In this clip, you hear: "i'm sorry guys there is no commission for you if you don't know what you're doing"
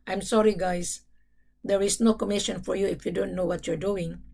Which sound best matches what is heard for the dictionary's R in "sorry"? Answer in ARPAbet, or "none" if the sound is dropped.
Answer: R